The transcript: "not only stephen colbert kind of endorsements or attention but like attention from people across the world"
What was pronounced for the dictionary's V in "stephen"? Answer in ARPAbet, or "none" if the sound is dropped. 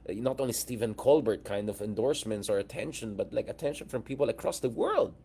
V